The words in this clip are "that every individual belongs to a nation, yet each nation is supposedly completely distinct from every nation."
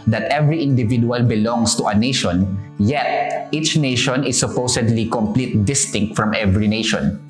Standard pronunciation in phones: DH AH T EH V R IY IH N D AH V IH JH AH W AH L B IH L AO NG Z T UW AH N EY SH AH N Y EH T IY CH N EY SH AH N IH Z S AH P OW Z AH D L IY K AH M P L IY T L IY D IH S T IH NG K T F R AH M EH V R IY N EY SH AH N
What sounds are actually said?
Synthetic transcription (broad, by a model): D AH T EH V R IY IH N D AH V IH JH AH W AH L B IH L AO NG S T UW AH N EY SH AH N Y EH T IY CH N EY SH AH N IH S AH P OW S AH D L IY K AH M P L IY T D IH S T IH NG K T F R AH M EH V R IY N EY SH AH N